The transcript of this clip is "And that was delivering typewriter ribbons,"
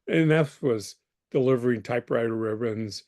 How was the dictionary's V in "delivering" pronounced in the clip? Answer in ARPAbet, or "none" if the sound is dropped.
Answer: V